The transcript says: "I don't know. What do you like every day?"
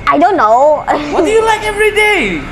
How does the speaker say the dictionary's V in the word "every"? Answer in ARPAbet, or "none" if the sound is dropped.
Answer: V